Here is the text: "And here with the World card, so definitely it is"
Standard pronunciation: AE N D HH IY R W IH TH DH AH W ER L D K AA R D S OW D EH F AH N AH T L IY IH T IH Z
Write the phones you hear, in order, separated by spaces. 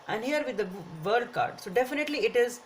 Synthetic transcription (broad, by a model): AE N D HH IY R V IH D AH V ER D K AA R D S OW D EH F AH N AH T L IY IH T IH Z